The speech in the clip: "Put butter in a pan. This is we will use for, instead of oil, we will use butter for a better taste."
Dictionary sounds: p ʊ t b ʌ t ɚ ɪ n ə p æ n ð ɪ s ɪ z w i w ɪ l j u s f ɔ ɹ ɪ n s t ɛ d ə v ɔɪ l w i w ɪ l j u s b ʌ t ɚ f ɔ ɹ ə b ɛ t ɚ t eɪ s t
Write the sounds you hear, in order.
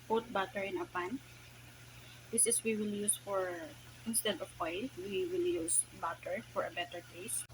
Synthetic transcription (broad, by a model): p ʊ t b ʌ t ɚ ɪ n ə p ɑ n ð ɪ s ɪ s w i w ɪ l j u s f ɔ ɹ ɪ n s t ɛ d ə w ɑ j w i w ɪ l j u s b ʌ t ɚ f ɔ ɹ ə b ɛ t ɚ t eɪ s